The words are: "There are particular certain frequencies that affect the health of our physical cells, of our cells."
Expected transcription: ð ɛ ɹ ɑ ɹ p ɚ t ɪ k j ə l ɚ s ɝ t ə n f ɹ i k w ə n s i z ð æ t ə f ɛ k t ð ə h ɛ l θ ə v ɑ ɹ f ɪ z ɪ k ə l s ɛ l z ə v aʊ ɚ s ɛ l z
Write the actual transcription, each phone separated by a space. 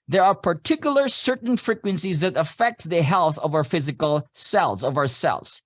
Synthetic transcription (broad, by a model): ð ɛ ɹ ɑ ɹ p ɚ t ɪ k j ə l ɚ s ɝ t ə n f ɹ i k w ə n s i z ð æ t ə f ɛ k t ð ə h ɛ l θ ə v ɑ ɹ f ɪ z ɪ k ə l s ɛ l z ə v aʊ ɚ s ɛ l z